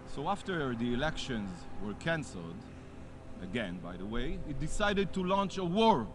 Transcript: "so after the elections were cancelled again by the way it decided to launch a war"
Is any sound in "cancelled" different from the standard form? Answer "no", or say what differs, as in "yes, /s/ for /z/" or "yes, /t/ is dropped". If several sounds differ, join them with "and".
no